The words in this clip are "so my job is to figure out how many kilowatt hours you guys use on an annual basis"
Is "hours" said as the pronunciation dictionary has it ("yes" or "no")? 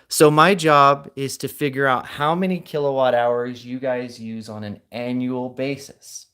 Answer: yes